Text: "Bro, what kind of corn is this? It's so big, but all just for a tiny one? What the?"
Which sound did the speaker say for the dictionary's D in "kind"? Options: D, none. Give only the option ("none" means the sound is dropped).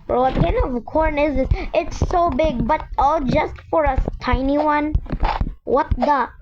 none